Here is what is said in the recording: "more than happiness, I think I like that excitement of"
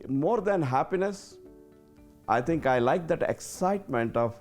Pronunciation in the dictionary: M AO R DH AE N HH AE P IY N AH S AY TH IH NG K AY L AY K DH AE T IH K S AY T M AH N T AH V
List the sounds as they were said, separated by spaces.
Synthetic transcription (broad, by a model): M AO R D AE N HH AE P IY N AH S AY T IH NG K AY L AY K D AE T IH K S AY T M AH N T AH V